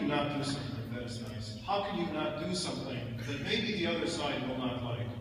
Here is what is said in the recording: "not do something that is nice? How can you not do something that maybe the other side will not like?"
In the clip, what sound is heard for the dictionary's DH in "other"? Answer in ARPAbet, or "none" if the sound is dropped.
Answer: DH